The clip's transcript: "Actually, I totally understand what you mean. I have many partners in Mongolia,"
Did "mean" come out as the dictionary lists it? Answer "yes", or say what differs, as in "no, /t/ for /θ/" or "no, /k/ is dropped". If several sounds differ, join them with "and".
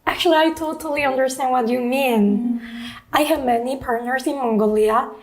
yes